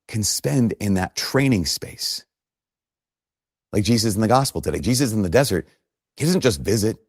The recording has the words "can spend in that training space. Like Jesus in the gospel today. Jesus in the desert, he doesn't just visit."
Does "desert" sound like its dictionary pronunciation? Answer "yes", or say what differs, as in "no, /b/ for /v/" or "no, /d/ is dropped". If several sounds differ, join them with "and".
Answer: yes